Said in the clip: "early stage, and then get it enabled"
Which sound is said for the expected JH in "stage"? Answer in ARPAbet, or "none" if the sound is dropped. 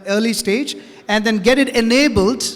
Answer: JH